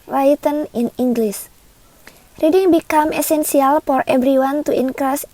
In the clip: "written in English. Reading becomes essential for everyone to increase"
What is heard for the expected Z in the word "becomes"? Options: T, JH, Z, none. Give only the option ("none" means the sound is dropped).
none